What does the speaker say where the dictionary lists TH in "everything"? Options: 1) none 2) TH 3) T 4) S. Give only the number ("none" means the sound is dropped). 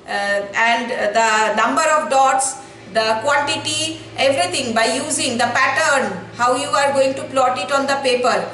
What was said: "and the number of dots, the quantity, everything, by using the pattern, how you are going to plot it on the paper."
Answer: 3